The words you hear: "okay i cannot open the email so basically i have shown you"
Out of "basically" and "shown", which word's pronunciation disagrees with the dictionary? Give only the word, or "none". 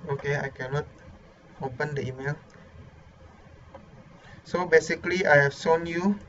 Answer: shown